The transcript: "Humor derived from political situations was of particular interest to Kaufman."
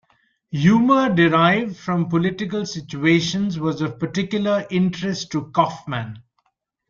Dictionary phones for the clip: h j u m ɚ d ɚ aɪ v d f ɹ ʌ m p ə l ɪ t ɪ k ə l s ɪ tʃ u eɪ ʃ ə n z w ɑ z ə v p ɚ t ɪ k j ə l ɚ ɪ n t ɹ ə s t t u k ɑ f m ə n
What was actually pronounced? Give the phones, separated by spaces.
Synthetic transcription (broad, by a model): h j u m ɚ d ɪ aɪ v d f ɹ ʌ m p ə l ɪ t ɪ k ə l s ɪ tʃ u eɪ ʃ ə n z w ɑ z ə v p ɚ t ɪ k j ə l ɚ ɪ n t ɹ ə s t t u k ɑ f m ə n